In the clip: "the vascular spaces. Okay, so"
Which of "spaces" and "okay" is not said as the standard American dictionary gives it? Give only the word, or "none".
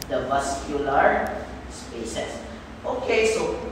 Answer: spaces